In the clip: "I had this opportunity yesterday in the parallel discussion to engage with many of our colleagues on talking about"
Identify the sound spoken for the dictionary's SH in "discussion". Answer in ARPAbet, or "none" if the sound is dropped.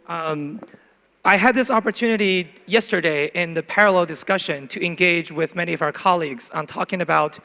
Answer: SH